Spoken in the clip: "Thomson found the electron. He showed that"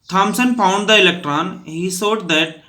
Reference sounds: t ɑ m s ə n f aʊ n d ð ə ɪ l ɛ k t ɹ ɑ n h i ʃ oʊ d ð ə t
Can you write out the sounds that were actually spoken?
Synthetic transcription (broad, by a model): t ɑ m s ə n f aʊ n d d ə ɪ l ɛ k t ɹ ɑ n h i s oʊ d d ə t